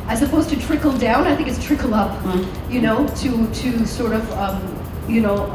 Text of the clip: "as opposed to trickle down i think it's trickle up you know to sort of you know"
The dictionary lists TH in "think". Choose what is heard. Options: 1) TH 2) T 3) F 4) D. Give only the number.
1